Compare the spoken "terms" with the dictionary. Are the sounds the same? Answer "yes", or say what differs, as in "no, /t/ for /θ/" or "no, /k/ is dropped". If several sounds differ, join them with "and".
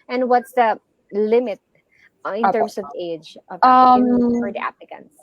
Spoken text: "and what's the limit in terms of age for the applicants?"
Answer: no, /s/ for /z/